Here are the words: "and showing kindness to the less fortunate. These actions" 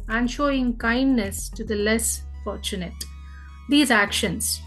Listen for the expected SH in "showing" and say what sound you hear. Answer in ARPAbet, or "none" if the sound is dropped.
SH